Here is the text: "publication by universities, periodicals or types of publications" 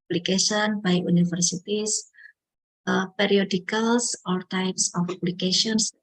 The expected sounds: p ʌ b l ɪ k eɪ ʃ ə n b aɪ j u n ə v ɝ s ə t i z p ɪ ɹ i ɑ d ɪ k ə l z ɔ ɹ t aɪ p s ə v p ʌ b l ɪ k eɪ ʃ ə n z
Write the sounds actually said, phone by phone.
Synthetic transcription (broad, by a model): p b l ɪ k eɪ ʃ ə n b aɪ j u n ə f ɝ s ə t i s p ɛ ɹ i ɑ d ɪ k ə l s ɔ ɹ t aɪ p s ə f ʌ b l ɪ k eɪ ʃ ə n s